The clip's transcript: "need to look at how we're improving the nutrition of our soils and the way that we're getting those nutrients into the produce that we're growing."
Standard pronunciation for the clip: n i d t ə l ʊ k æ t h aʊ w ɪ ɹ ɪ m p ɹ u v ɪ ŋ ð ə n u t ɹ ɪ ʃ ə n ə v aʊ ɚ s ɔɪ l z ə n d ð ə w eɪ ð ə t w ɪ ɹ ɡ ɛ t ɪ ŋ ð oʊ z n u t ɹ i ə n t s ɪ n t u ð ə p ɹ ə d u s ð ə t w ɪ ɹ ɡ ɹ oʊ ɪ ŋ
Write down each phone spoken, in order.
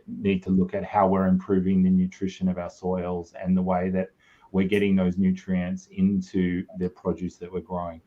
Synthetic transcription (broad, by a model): n i d t ə l ʊ k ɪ t h aʊ w ɪ ɹ ɪ m p ɹ u v ɪ ŋ ð ə n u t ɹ ɪ ʃ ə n ə v aʊ ɚ s ɔɪ l z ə n ð ə w eɪ ð ə t w ɪ ɹ ɡ ɛ t ɪ ŋ ð oʊ z n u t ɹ i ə n t s ɪ n t u ð ə p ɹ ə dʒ u s ð ə t w ɪ ɹ ɡ ɹ oʊ ɪ ŋ